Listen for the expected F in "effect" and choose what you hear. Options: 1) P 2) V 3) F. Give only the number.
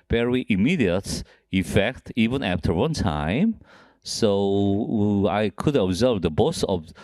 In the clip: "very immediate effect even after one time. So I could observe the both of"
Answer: 3